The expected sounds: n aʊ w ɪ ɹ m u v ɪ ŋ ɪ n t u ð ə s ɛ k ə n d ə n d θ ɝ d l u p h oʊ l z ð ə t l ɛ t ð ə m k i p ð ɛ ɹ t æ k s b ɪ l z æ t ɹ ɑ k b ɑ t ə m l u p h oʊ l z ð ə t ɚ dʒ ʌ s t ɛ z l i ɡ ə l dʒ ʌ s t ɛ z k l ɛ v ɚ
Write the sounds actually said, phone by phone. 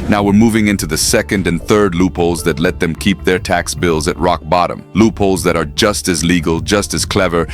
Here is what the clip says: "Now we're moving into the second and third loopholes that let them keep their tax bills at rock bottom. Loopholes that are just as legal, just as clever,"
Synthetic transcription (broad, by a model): n aʊ w ɪ ɹ m u v ɪ ŋ ɪ n t u ð ə s ɛ k ə n d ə n θ ɝ d l u p oʊ l z ð ə t l ɛ t ð ə m k i p ð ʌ ɹ t æ k s b ɪ l z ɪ t ɹ ɑ k b ɑ t ə m l u p oʊ l z ð ə t ɚ dʒ ʌ s t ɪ z l i ɡ l dʒ ʌ s t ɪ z k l ɛ v ɚ